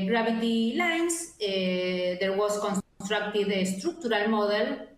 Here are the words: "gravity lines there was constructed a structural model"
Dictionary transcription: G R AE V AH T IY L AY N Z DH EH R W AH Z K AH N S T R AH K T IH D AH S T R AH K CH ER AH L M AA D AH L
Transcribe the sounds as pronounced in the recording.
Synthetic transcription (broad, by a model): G R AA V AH T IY L AY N S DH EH R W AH S K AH N S T R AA K T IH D AH S T R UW K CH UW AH L M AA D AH L